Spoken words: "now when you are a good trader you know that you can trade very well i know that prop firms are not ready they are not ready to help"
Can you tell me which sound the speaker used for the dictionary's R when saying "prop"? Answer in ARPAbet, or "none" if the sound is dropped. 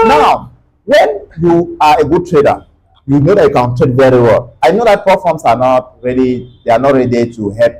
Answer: none